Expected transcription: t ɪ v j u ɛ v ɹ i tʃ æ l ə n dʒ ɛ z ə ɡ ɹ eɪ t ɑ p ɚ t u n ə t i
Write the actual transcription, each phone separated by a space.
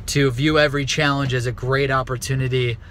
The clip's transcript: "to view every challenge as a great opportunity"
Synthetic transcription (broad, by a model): t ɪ v j u ɛ v ɹ i tʃ æ l ə n dʒ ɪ z ə ɡ ɹ eɪ t ɑ p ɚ t u n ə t i